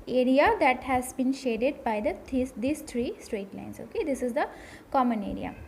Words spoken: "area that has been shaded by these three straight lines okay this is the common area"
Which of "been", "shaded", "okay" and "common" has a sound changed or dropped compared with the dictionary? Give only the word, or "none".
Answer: none